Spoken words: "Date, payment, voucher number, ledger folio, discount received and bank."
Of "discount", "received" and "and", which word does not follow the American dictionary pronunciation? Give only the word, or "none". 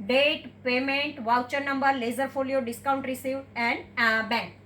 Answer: received